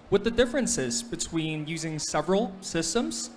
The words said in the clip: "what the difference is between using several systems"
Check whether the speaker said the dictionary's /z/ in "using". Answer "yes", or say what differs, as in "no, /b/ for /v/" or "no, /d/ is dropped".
yes